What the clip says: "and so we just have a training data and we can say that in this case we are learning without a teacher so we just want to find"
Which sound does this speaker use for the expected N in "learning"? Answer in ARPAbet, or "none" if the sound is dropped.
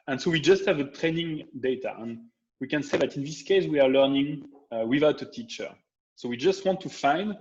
N